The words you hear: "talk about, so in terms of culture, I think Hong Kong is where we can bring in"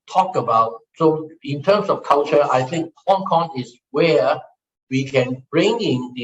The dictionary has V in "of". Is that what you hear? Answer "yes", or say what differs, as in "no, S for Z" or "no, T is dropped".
no, F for V